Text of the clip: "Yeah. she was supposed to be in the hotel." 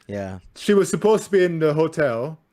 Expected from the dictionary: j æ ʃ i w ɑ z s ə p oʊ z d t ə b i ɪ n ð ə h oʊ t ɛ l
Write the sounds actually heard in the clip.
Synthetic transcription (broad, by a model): j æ ʃ i w ɑ z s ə p oʊ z t ə b i ɪ n ð ə h oʊ t ɛ l